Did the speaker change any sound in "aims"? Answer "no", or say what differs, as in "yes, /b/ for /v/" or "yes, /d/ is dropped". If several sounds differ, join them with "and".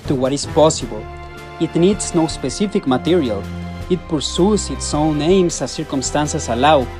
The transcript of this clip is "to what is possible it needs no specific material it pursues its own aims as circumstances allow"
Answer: yes, /s/ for /z/